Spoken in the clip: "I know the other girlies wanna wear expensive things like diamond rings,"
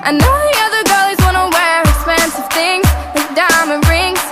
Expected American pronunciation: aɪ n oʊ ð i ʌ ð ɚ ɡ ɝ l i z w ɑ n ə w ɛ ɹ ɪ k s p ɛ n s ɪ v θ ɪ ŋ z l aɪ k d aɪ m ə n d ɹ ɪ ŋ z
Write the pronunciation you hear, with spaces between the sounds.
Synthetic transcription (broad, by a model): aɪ n oʊ ð i ʌ ð ɚ ɡ ɝ l i z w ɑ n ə w ɛ ɹ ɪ k s p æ n s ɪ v θ ɪ ŋ z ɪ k d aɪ m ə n ɹ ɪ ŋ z